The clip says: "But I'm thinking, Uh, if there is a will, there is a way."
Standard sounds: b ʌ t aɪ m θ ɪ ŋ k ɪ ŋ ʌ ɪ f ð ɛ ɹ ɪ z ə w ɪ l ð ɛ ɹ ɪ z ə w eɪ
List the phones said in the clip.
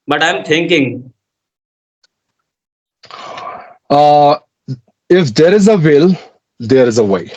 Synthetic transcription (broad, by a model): b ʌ t aɪ m t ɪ ŋ k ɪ ŋ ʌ ɪ f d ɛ ɹ ɪ z ə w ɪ l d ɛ ɹ ɪ z ə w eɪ